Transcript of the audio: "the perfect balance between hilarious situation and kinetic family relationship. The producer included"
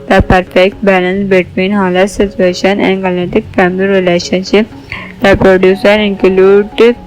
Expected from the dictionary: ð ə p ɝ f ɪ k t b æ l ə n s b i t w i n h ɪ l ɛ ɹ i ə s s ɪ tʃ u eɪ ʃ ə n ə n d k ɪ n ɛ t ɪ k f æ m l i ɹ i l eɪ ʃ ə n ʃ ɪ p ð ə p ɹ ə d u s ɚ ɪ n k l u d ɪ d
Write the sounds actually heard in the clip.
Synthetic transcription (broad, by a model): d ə p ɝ f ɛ k t b æ l ə n s b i t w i n h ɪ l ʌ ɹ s s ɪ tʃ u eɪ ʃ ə n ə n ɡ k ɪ l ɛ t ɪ k f æ m l i ɹ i l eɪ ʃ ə n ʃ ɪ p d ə p ɹ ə d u s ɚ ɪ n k l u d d